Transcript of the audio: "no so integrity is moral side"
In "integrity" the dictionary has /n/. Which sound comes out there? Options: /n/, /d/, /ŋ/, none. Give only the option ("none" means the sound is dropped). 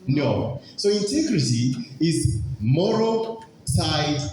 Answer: none